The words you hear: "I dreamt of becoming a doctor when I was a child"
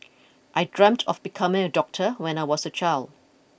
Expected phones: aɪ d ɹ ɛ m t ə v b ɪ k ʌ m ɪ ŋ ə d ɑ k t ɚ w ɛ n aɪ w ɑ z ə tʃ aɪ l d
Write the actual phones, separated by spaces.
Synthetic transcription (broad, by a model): aɪ d ɹ ɛ m t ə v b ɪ k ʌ m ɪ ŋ ə d ɑ k t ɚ w ɛ n aɪ w ɑ s ə tʃ aɪ l d